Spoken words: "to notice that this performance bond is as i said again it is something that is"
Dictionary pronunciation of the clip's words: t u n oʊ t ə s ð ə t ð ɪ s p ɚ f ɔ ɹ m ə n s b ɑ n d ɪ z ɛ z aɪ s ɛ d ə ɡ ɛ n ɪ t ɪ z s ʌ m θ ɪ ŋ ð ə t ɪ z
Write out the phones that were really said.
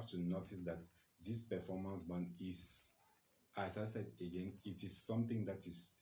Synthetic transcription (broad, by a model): t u n oʊ t ə s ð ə t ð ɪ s p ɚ f ɔ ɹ m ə n s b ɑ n ɪ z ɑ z aɪ s ɛ d ə ɡ ɛ n ɪ t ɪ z s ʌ m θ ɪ ŋ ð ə t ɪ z